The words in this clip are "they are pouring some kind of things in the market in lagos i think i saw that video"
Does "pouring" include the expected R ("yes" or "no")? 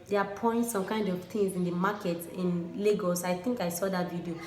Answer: no